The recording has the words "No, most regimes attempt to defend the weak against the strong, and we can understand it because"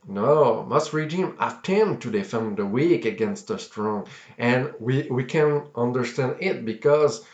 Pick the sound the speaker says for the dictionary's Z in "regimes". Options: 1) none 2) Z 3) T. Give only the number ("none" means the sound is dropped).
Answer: 1